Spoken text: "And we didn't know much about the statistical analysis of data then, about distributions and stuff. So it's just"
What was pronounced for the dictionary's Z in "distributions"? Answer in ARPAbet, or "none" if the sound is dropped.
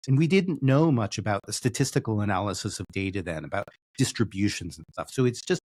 Z